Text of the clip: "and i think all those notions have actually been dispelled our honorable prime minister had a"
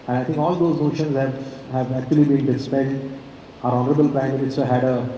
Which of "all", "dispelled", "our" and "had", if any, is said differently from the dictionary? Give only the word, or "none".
dispelled